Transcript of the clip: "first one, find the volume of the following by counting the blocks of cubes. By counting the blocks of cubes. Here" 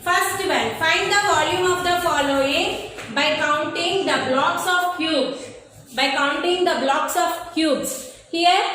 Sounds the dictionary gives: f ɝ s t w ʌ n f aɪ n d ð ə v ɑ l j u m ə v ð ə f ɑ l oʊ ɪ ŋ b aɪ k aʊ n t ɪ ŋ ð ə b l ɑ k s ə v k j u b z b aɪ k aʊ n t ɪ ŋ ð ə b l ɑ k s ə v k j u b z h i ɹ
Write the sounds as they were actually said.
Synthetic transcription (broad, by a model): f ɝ s t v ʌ l f aɪ n d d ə v ɑ l j u m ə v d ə f ɑ l oʊ ɪ ŋ b aɪ k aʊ n t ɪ ŋ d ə b l ɑ k s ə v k j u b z b aɪ k aʊ n t ɪ ŋ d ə b l ɑ k s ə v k j u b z h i ɹ